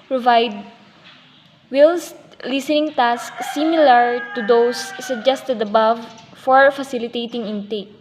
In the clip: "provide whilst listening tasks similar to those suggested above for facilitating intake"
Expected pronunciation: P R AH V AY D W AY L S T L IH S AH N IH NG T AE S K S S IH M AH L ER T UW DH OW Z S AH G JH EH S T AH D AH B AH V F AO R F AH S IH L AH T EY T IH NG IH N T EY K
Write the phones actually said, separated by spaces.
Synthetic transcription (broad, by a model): P R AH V AY D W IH L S L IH S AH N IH NG T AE S K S S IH M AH L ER T UW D OW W S AH G JH EH S T AH D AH B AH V F AO R F AH S IH L AH T EY T IH NG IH N T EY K